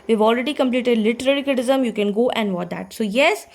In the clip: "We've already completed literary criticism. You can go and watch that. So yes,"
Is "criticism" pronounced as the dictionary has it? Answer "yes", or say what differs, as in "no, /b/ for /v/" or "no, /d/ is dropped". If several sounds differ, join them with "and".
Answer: no, /ɹ/ is dropped